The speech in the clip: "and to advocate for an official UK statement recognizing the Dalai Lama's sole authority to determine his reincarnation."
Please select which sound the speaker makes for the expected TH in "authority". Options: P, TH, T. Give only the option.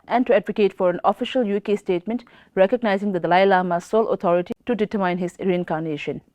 T